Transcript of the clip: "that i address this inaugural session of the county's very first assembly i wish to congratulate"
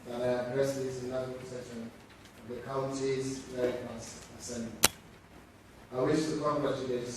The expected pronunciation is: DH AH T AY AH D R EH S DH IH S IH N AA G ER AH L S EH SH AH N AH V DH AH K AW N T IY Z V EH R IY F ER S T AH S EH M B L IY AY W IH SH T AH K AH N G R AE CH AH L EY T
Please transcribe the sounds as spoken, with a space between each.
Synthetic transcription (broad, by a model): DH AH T AY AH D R EH S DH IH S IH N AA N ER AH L S EH SH AH N AH V DH AH K AW N T IY Z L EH IY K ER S AH S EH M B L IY AY W IH SH T AH K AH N G R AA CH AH L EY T